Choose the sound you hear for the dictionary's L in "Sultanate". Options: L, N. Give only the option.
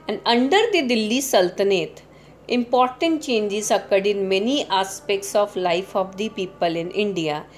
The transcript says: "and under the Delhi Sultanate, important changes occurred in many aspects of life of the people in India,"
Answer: L